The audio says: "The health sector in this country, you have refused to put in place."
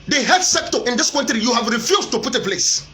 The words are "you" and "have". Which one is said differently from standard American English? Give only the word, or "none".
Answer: none